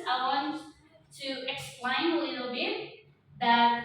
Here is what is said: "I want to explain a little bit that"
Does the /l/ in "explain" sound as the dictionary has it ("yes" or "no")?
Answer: yes